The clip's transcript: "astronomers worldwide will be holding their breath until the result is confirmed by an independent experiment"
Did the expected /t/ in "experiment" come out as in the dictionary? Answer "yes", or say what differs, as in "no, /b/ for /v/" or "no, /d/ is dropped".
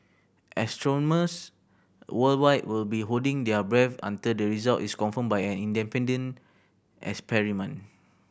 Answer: no, /t/ is dropped